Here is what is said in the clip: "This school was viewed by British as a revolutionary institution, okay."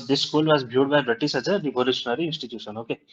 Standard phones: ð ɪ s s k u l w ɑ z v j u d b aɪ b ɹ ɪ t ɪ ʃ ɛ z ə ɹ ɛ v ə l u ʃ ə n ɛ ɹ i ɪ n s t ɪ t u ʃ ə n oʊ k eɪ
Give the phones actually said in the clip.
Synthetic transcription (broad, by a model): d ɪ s s k u l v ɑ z b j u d b aɪ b ɹ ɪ t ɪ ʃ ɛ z ə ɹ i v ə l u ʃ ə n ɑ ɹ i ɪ n s t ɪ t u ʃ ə n oʊ k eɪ